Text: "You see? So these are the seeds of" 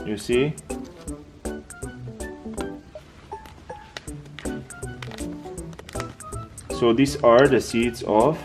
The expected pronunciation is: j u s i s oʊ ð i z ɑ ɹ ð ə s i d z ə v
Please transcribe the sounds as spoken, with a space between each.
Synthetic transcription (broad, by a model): j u s i s oʊ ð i s ɑ ɹ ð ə s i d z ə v